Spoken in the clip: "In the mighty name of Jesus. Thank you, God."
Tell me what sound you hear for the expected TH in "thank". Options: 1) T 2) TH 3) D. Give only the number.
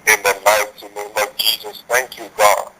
1